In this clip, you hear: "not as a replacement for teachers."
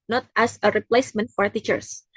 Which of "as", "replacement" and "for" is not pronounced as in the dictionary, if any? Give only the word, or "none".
as